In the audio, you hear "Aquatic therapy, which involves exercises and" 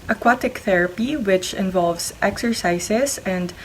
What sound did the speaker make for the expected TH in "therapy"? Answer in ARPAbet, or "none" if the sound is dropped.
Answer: TH